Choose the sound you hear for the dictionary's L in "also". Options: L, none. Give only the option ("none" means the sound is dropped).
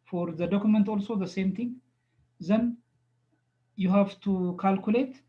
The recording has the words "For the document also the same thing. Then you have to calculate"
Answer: L